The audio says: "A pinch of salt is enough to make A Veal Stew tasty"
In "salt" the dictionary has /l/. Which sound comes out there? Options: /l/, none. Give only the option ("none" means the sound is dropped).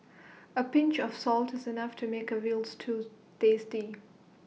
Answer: /l/